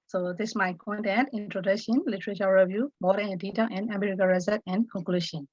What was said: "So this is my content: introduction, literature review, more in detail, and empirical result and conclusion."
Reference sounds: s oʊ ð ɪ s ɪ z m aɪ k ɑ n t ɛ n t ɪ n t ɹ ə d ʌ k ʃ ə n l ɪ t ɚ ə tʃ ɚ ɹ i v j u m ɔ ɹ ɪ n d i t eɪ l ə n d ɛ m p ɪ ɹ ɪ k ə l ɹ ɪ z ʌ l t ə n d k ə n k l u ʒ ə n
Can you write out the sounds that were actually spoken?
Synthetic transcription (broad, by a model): s oʊ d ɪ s m aɪ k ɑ n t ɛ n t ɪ n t ɹ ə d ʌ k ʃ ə n l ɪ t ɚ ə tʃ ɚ ɹ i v j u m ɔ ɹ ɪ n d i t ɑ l ə n d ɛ m ɛ ɹ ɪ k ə ɹ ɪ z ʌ t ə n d k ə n k l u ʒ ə n